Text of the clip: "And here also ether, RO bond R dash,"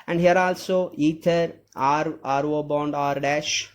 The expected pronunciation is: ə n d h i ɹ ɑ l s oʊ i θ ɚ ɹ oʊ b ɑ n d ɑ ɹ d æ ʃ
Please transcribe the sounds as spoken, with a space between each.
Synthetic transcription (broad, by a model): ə n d h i ɹ ɑ l s oʊ i t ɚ ɹ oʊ b ɑ n d ɑ ɹ d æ ʃ